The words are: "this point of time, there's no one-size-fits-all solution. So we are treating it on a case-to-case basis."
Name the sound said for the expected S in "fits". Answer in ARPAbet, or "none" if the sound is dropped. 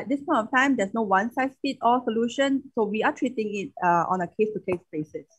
none